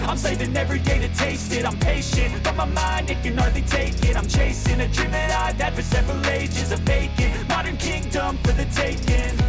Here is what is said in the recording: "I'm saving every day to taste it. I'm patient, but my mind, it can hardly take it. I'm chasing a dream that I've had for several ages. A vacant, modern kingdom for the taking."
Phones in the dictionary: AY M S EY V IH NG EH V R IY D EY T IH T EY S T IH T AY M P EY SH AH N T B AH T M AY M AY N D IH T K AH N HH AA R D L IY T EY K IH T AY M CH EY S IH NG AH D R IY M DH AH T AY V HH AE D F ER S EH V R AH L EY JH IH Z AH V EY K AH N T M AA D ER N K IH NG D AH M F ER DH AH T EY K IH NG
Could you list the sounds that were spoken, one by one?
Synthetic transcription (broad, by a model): AY M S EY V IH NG EH V R IY D EY T IH T EY S T IH T AY M P EY SH AH N T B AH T M AY M AY N D IH T K AH N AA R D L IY T EY K IH T AY M CH EY S IH NG AH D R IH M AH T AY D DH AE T F ER S EH V R AH L EY JH IH Z AH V EY K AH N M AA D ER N K IH NG D AH M F ER DH AH T EY K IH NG